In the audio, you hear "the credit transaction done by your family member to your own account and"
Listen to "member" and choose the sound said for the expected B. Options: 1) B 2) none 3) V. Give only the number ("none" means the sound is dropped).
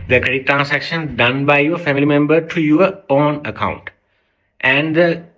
1